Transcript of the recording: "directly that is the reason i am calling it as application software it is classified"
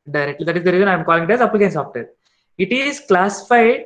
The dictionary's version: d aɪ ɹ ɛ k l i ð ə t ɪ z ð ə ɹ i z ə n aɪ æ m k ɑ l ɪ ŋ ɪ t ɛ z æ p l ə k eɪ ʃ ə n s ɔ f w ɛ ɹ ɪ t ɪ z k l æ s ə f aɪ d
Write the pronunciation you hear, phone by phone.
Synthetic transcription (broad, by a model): d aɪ ɹ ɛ k l i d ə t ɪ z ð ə ɹ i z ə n aɪ m k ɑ l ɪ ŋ ɪ t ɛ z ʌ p ə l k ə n s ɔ f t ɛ ɹ ɪ t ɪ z k l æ s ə f aɪ d